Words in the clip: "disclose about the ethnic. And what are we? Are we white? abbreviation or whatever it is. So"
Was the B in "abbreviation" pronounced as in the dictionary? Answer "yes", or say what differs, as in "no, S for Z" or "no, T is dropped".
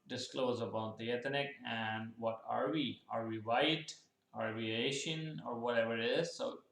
no, B is dropped